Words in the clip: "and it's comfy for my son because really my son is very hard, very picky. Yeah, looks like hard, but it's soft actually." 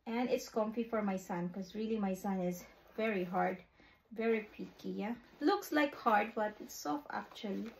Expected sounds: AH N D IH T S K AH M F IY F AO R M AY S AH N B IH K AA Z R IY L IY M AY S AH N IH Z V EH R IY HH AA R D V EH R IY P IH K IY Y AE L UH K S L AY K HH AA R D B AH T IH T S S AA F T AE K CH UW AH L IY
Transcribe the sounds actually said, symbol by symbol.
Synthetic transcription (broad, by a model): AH N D IH T S K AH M F IY F AO R M AY S AH N K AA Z R IY L IY M AY S AH N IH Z V EH R IY HH AA R D V EH R IY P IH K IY Y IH L UH K S L AY K HH AA R D B AH T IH T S S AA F AE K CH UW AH L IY